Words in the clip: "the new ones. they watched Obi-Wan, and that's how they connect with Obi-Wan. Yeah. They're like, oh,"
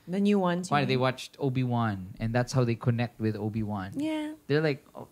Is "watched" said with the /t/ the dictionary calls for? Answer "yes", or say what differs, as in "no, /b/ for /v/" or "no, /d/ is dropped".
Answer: yes